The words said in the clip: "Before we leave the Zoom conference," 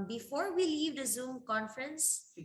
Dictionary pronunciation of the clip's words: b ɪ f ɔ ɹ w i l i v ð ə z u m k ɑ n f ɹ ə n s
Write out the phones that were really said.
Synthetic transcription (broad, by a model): b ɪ f ɔ ɹ w i l i v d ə z u m k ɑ n f ɹ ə n s